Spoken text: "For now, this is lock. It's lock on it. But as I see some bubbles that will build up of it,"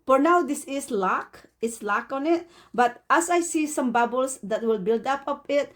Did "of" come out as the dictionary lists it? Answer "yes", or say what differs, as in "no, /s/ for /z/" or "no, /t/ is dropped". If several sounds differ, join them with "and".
no, /p/ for /v/